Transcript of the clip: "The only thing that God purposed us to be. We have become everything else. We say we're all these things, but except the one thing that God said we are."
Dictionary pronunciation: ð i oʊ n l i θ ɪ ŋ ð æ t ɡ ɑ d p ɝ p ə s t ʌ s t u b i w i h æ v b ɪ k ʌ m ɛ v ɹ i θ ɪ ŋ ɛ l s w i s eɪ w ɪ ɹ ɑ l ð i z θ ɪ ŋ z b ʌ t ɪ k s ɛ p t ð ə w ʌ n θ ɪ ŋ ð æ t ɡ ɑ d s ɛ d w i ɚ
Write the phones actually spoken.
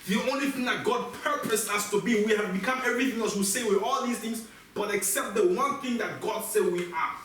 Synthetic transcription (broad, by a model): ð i oʊ n l i θ ɪ ŋ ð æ t ɡ ɑ d p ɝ p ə s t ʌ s t u b i w i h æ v b ɪ k ʌ m ɛ v ɹ i θ ɪ ŋ ɛ l s w i s eɪ w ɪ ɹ ɑ l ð i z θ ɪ ŋ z b ʌ t ɪ k s ɛ p t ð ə w ʌ n θ ɪ ŋ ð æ t ɡ ɑ d s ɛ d w i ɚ